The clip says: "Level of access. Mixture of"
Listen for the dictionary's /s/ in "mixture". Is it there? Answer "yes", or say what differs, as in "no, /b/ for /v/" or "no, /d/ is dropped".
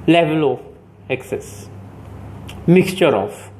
yes